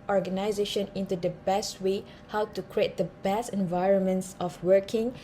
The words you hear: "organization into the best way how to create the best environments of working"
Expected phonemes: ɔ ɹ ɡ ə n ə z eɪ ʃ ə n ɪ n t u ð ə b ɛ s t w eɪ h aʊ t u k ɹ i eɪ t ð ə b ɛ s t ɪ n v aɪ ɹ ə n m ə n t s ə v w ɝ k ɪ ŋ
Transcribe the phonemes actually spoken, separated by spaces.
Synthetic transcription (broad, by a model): ɔ ɹ ɡ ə n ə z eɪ ʃ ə n ɪ n t u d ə b ɛ s t w eɪ h aʊ t u k ɹ i eɪ t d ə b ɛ s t ɪ n v aɪ ɹ ə n m ə n t s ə f w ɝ k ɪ ŋ